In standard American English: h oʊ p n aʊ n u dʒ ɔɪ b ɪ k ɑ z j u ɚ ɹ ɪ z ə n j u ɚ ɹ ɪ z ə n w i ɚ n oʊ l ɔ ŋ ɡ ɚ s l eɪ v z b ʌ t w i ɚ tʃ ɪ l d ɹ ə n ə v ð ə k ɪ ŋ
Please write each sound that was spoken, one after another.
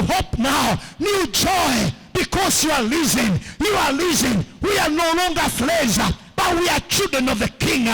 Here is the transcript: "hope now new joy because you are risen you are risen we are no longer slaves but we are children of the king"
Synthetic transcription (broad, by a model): h oʊ p n aʊ n u dʒ ɔɪ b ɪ k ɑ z j u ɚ l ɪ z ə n j u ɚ l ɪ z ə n w i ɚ n oʊ l ɔ ŋ ɡ ɚ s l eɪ z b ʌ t w i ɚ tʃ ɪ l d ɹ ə n ə v ð ə k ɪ ŋ